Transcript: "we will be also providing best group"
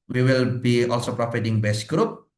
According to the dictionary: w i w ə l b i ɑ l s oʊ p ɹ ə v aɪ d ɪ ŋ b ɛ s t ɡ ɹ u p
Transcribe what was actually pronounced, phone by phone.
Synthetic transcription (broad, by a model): w i w ə l b i ɑ l s oʊ p ɹ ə f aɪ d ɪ ŋ b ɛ s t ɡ ɹ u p